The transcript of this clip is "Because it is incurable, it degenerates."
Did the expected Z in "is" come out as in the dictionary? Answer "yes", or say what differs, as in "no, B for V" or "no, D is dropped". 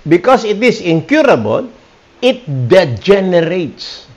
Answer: no, S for Z